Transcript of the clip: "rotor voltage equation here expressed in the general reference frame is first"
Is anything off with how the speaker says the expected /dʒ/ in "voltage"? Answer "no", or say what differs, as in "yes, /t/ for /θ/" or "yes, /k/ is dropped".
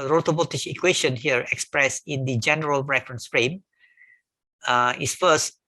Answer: yes, /ʃ/ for /dʒ/